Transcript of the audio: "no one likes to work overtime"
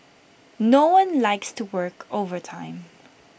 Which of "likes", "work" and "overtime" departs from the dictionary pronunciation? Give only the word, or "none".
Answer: none